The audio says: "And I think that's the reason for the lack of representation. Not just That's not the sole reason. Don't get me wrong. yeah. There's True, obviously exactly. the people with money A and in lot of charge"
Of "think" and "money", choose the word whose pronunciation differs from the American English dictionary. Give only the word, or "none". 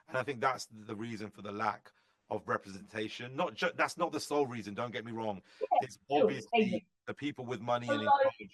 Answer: none